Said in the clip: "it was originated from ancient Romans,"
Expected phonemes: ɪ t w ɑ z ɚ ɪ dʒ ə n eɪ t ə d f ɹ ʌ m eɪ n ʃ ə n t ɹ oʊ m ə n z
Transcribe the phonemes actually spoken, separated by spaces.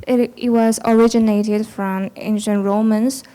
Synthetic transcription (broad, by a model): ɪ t w ɑ z ɚ ɪ dʒ ə n eɪ t ə d f ɹ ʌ m eɪ n ʃ ə n t ɹ oʊ m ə n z